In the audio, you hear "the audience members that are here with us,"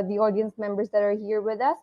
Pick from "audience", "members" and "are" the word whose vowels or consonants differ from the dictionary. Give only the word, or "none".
none